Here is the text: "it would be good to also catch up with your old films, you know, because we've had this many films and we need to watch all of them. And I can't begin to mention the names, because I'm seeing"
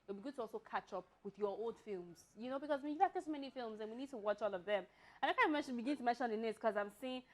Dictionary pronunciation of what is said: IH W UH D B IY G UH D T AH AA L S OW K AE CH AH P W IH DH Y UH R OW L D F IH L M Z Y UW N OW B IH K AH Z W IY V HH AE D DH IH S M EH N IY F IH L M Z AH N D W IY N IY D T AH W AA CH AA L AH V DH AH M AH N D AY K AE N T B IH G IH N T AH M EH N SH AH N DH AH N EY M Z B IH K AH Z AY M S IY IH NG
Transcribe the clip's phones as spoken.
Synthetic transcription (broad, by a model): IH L B IY G UH D T AH AA L S OW K AE CH AH P W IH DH Y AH R OW L D F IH L M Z Y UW N OW B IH K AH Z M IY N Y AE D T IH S M EH N IY F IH L M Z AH N W IY N IY D T AH W AA CH AA L AH V DH AH M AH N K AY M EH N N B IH G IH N T AH M EH N SH AH N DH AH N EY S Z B K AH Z AY M S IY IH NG